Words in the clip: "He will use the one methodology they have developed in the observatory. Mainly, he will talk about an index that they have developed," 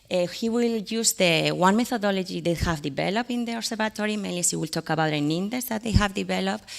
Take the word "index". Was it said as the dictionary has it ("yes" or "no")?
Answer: no